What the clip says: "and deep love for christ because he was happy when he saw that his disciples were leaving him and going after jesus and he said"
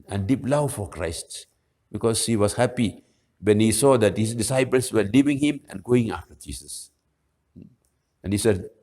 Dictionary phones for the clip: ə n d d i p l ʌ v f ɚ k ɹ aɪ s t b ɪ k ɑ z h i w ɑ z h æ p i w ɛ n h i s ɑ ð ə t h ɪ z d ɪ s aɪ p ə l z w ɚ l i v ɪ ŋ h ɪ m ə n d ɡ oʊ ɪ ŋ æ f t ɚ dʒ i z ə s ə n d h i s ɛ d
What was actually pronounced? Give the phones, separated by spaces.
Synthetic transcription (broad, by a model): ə n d d i p l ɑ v f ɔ k ɹ aɪ s t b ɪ k ɑ s h i w ɑ s h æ p i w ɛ n h i s ɑ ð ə t h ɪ s d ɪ s aɪ p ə l s w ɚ l i v ɪ ŋ h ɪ m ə n ɡ oʊ ɪ ŋ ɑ f t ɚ dʒ i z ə s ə n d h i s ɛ